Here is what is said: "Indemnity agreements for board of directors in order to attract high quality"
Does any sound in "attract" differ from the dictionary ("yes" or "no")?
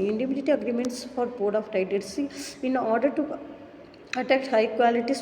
yes